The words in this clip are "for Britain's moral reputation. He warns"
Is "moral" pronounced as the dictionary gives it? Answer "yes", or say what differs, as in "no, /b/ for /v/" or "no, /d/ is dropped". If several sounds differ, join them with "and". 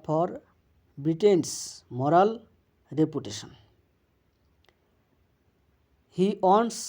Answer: yes